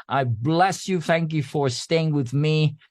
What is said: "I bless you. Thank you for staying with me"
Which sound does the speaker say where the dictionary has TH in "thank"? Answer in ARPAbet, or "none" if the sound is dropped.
TH